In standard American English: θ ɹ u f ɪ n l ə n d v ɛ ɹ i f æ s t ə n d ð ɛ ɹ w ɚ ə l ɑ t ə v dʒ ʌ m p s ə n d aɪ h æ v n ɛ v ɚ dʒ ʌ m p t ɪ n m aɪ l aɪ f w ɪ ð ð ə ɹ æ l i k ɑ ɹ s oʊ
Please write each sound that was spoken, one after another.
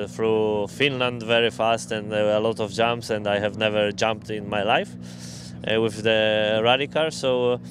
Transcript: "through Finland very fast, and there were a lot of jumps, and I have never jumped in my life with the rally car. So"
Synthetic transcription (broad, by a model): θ ɹ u f ɪ n l ə n d v ɛ ɹ i f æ s t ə n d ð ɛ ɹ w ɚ ə l ɑ t ə v dʒ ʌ m p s ə n d aɪ h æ v n ɛ v ɚ dʒ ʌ m p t ɪ n m aɪ l aɪ f w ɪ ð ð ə ɹ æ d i k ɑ l s oʊ